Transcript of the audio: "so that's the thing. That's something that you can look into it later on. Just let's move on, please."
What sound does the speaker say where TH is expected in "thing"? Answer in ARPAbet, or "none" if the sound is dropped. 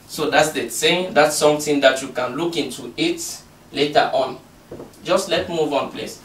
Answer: S